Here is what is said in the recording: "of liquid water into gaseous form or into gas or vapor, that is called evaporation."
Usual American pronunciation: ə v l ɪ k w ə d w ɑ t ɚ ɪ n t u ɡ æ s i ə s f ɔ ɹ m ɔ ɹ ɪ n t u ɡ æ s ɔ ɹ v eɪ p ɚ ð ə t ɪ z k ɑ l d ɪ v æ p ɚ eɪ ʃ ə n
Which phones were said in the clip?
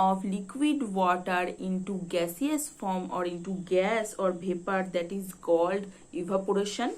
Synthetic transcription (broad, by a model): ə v l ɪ k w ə d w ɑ t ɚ ɪ n t u ɡ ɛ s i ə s f ɔ ɹ m ɔ ɹ ɪ n t u ɡ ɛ s ɔ ɹ b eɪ p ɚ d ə t ɪ z k ɑ l d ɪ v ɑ p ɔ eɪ ʃ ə n